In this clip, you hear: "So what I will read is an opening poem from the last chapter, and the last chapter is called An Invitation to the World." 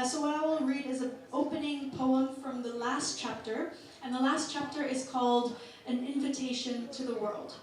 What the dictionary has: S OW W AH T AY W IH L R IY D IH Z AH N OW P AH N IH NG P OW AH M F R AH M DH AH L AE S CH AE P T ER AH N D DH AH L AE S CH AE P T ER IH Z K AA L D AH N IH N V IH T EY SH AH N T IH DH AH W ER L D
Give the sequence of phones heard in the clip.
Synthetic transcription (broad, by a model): S OW W AH T AY W IH L R IY D IH Z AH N OW P AH N IH NG P OW AH M F R AH M DH AH L AE S CH AE P T ER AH N DH AH L AE S CH AE P T ER IH Z K AA L D AH N IH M V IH T EY SH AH N T IH DH AH W ER L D